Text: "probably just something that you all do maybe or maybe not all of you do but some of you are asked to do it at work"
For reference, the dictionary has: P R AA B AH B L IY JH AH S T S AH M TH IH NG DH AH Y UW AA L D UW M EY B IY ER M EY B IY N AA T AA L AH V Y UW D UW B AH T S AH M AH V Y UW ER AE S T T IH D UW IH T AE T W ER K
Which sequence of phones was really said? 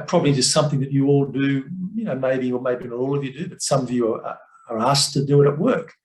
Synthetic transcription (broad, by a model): P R AA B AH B L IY JH AH S T S AH M TH IH NG DH AH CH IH AA L D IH M EY B IY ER M EY B IY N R AA L AH V Y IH D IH B AH T S AH M AH V Y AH ER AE S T T IH D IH IH T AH T W ER K